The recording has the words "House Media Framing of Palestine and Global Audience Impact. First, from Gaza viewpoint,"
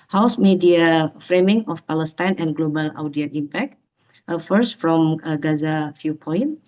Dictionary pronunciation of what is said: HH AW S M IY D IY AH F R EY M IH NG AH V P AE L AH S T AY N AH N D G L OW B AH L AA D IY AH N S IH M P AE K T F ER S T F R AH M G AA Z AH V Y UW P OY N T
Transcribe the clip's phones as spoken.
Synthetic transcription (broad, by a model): HH AW S M IY D IY AH F R EY M IH NG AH F P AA L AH S T AY N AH N G L OW B AH L AA D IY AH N IH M P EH K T F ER S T F R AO M G AA Z AH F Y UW P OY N